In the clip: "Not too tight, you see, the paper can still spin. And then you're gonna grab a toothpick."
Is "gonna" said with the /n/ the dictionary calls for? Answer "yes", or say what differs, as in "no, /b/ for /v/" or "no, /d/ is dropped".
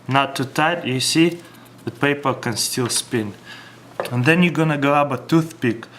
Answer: yes